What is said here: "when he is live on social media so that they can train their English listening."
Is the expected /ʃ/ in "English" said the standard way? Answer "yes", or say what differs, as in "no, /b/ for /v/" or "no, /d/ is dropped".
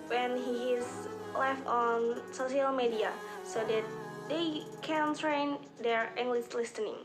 no, /s/ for /ʃ/